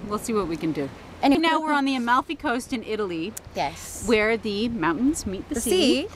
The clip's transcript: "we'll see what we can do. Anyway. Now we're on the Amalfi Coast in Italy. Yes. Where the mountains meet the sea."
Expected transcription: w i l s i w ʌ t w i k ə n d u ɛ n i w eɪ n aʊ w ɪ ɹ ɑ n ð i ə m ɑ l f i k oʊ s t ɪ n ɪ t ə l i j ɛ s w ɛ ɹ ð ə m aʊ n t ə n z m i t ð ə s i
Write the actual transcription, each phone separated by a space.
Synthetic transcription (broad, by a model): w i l s i w ʌ t w i k ə n d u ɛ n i n aʊ w ɪ ɹ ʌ n ð i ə m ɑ l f i k oʊ s t ɪ n ɪ t l i j ɛ s w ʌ ɹ ð ə m aʊ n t n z m i t ð ə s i